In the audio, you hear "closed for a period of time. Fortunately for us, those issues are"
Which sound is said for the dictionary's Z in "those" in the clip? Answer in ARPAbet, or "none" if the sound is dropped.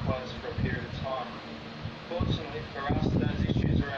Z